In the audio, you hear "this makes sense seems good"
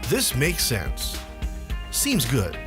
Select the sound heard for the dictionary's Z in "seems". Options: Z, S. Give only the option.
Z